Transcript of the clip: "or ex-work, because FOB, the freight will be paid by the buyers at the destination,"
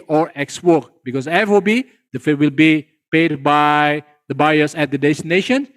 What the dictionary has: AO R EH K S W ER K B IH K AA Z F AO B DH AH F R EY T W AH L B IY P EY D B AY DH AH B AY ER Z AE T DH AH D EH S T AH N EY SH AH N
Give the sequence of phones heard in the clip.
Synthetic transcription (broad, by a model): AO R EH K S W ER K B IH K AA S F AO B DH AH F EY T W AH L B IY P EY D B AY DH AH B AY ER S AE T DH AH D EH S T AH N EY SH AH N